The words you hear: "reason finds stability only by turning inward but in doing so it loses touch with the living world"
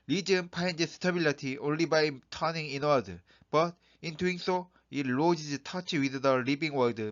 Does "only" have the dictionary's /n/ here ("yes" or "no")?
yes